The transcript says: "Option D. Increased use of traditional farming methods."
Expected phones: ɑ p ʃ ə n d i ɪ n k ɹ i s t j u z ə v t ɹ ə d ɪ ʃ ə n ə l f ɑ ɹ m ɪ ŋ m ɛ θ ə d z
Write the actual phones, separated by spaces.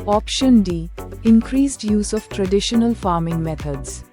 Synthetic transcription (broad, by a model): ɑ p ʃ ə n d i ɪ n k ɹ i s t j u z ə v t ɹ ə d ɪ ʃ ə n ə l f ɑ ɹ m ɪ ŋ m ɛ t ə d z